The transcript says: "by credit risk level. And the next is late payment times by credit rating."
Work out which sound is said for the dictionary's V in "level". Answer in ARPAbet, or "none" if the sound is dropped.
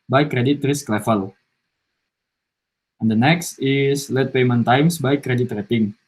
F